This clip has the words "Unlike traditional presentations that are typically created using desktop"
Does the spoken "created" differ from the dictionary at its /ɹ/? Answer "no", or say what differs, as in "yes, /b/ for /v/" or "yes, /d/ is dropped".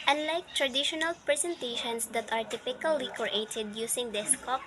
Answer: yes, /ɹ/ is dropped